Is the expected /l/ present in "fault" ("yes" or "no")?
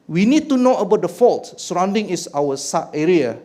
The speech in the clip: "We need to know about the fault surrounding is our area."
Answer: yes